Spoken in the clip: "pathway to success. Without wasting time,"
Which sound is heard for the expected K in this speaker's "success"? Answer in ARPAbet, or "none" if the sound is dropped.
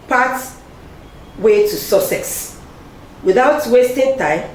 none